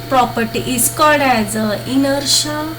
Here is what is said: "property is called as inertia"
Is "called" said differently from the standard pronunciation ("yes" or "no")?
yes